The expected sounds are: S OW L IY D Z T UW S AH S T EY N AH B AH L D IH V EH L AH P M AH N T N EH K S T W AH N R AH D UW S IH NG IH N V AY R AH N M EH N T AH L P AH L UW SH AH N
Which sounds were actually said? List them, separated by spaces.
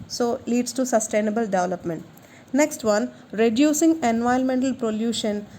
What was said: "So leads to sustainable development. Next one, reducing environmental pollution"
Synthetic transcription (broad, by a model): S OW L IY D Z T UW S AH S T EY N AH B AH L D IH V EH L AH P M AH N T N EH K S T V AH N R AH D UW S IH NG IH N V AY AH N M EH N T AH L P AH L UW SH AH N